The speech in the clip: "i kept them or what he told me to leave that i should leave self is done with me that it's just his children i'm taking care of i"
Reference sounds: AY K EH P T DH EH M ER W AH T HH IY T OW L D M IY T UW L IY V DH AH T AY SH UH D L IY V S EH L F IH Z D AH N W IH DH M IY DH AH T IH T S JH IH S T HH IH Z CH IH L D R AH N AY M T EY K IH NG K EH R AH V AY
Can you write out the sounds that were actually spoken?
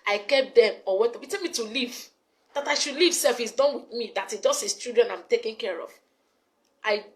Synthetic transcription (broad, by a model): AY K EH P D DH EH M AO W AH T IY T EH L M IY T UW L IY V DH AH T AY SH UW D L IY V S EH L F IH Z D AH N W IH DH M IY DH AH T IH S JH IH S T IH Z CH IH D R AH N AY M T EY K IH NG K EH R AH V AY